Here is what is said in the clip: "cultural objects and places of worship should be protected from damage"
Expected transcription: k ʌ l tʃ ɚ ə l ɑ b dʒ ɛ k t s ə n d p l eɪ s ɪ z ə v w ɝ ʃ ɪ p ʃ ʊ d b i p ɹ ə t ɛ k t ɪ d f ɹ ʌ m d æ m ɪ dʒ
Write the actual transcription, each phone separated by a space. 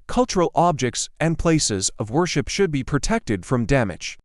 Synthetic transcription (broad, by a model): k ʌ l tʃ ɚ l ɑ b dʒ ɛ k t s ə n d p l eɪ s ɪ z ə v w ɝ ʃ ɪ p ʃ ʊ d b i p ɹ ə t ɛ k t ɪ d f ɹ ʌ m d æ m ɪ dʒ